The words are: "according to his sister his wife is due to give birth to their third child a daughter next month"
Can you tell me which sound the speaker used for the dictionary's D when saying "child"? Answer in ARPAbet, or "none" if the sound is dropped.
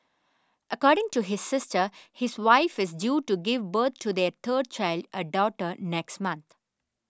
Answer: D